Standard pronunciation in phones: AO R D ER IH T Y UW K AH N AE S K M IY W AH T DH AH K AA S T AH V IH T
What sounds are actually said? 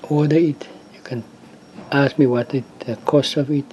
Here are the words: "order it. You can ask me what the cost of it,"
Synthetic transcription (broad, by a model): AO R D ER IH T Y UW K AH N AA S K M IY W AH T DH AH K AA S T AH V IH T